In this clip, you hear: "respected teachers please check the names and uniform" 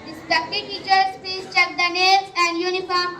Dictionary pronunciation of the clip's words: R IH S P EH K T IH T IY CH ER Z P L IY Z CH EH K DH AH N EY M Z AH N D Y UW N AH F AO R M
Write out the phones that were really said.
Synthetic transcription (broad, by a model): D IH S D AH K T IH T IY CH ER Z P IY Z CH EH K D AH N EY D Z AH N D Y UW N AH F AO R M